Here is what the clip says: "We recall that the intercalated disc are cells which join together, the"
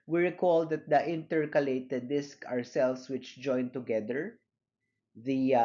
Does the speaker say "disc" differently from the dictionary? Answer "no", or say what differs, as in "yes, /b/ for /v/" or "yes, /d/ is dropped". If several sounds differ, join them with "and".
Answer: no